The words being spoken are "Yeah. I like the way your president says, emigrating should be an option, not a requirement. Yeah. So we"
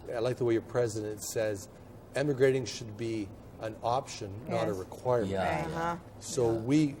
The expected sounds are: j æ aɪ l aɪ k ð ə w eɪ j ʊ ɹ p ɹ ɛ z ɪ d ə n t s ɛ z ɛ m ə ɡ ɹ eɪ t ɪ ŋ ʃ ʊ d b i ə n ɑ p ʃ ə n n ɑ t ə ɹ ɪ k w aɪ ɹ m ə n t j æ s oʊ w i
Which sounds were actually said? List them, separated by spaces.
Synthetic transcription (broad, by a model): aɪ l aɪ k ð ə w eɪ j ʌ ɹ p ɹ ɛ z ɪ d ə n t s ɛ z ɛ m ə ɡ ɹ eɪ t ɪ ŋ ʃ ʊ d b i ə n ɑ p ʃ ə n n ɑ t ə ɹ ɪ k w aɪ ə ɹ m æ s oʊ w i